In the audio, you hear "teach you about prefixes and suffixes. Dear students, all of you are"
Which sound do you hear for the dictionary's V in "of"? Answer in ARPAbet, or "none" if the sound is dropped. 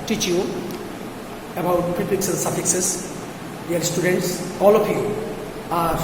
P